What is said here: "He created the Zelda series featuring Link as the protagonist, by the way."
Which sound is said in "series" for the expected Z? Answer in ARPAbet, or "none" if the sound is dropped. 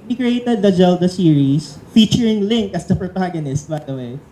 S